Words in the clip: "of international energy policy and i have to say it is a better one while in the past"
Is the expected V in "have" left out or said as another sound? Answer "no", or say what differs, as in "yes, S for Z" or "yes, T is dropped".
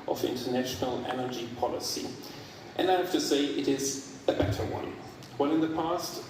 yes, F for V